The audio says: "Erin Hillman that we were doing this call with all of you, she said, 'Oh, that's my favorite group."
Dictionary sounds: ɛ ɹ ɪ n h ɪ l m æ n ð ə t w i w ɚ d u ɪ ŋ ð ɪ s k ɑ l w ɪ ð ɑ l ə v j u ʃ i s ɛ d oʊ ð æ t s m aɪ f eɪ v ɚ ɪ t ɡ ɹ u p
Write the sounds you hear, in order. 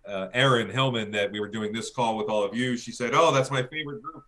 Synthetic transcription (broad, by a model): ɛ ɹ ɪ n h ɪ l m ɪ n ð ə t w i w ɚ d u ɪ ŋ ð ɪ s k ɑ l w ɪ ð ɑ l ə v j u ʃ i s ɛ d oʊ ð æ t s m aɪ f eɪ v ɚ ɪ t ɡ ɹ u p